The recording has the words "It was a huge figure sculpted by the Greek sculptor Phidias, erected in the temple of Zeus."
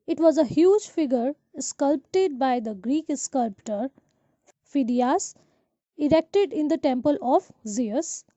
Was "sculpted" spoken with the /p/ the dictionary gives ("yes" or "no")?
yes